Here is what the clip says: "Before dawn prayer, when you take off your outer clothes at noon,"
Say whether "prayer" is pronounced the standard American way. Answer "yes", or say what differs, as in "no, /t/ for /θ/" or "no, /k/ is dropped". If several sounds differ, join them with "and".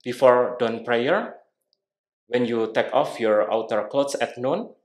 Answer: yes